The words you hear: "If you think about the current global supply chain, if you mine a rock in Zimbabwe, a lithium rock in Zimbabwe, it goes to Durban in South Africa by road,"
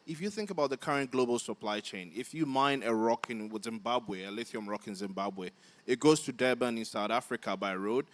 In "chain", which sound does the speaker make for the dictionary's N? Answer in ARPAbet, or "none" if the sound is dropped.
N